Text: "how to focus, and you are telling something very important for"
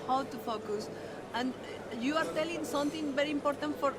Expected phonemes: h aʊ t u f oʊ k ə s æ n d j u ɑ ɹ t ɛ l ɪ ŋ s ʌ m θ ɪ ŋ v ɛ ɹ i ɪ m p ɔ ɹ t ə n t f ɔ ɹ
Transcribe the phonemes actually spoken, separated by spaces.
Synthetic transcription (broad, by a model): h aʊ t u f oʊ k ə s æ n d j u ɑ ɹ t ɛ l ɪ ŋ s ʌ m t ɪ ŋ v ɛ ɹ i ɪ m p ɔ ɹ t ə n t f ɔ ɹ